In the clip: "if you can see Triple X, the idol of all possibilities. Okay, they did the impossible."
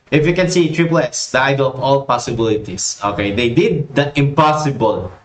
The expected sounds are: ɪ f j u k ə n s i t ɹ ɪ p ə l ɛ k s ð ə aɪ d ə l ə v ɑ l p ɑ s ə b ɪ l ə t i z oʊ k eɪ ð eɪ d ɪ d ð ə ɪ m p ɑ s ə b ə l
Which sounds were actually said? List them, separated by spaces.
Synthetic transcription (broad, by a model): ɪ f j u k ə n s i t ɹ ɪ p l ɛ s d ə aɪ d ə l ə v ɑ l p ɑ s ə b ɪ l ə t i s oʊ k eɪ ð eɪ d ɪ d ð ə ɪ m p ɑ s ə b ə l